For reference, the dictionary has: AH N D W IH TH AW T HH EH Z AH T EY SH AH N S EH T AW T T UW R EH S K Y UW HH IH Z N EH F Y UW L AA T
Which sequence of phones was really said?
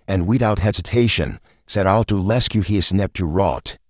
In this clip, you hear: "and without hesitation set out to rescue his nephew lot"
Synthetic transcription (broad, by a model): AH N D W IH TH AW T HH EH Z AH T EY SH AH N S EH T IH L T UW L EH S K Y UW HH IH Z N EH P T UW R AA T